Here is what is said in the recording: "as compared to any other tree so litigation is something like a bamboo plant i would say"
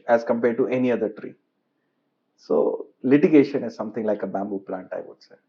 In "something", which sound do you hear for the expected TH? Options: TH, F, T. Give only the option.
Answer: T